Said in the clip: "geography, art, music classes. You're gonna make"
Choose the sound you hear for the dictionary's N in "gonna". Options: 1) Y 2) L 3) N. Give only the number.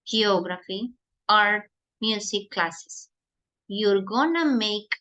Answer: 3